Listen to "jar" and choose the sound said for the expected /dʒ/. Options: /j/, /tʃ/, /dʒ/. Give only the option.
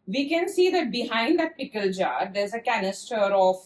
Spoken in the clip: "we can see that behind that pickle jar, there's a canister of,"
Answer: /dʒ/